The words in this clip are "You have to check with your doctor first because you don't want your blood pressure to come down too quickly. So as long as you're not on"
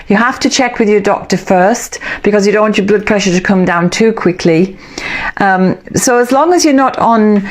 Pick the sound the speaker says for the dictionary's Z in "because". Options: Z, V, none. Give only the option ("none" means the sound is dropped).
Z